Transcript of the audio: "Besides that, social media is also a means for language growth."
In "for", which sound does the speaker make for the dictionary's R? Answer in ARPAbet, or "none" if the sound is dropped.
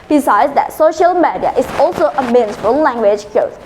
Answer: L